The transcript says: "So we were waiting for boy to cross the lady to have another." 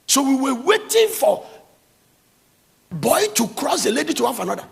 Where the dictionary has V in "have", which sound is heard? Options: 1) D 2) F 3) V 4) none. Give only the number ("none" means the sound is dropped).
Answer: 2